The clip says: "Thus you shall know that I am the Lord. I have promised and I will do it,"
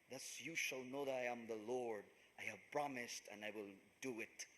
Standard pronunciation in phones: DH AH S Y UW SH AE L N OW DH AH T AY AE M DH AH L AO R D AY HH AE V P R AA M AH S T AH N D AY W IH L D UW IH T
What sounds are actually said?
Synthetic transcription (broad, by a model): DH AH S Y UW SH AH L N OW DH AH T AY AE M DH AH L AO R D AY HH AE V P R AA M AH S T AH N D AY W IH L D UW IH T